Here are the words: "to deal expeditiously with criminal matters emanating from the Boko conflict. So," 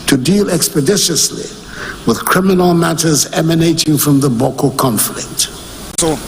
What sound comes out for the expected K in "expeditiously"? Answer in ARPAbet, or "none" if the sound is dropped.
K